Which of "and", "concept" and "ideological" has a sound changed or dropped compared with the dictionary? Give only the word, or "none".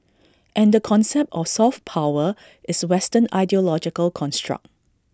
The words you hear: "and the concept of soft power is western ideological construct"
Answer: none